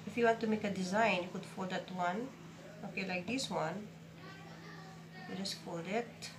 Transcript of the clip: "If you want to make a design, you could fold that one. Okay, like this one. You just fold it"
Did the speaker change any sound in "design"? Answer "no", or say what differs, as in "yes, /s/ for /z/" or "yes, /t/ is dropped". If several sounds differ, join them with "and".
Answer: no